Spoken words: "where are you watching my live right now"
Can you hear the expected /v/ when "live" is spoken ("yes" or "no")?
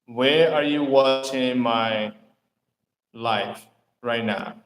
no